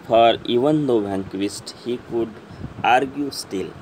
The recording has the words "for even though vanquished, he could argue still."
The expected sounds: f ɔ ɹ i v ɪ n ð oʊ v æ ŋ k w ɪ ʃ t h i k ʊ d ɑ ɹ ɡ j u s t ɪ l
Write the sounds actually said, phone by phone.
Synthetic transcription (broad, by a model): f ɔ ɹ i v ɪ n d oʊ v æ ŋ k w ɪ s t h i k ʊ d ɑ ɹ ɡ j u s t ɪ l